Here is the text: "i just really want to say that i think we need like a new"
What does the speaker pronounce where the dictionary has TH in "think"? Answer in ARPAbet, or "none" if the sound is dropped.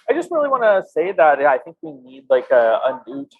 TH